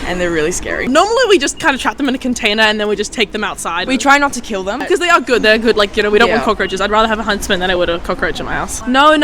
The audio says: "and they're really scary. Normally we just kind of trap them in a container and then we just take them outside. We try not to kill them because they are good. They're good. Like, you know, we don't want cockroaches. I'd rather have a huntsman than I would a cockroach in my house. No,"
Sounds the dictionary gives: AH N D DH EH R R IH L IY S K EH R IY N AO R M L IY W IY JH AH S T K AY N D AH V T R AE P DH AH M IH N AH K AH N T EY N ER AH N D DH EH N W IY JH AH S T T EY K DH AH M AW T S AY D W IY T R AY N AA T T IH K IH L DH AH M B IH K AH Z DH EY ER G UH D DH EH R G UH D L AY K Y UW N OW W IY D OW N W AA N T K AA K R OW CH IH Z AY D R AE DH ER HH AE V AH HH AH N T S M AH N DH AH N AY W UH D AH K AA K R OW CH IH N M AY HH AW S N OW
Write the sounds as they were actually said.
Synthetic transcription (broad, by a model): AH N DH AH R R IH L IY S K EH R IY N AO R M L IY W IY JH AH S K AY N D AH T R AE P DH AH M IH N AH K AH N T EY N ER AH N DH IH N W IY JH AH S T T EY K DH AH M AW T S AY D W IY T R AY N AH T T IH K IH L DH AH M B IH K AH Z DH EY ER G UH D DH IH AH G UH D L AY K Y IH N OW W IY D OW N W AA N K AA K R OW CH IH Z AY D R AE DH ER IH V AH HH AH N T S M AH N DH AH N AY W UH D AH K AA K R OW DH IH M AY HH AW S N OW